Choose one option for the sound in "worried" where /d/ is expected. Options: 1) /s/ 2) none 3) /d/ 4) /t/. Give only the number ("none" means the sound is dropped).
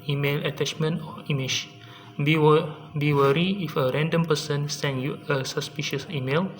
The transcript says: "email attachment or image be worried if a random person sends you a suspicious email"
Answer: 2